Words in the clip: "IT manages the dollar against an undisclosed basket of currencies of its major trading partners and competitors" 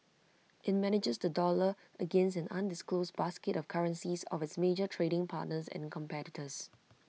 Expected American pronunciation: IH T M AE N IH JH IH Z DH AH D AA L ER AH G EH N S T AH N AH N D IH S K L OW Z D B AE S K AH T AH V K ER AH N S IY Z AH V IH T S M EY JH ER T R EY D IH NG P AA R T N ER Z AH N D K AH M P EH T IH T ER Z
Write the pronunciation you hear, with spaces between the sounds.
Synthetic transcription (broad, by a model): IH T M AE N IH JH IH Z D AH D AA L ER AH G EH N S AH N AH N D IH S K L OW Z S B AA S K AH T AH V K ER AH N S IY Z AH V IH T S M EY JH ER T R EY D IH NG P AA T N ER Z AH N K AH M P EH T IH T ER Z